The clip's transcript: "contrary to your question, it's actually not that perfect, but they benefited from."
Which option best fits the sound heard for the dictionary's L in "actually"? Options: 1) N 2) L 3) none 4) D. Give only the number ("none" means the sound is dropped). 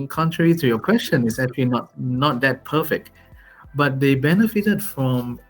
1